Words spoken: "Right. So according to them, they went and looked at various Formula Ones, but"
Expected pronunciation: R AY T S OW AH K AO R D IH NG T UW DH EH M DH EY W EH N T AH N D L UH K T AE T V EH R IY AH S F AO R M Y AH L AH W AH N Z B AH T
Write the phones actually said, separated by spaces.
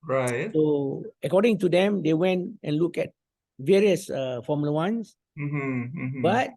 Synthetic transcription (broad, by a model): R AY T S OW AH K AO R D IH NG T UW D EH M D EY W EH N T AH N L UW K EH T V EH R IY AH S F AO M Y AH L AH W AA N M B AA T